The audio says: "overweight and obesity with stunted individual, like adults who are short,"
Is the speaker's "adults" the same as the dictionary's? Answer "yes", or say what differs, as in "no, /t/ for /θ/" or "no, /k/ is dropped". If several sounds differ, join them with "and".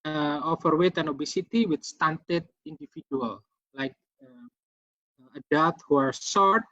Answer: no, /l/ is dropped and /s/ is dropped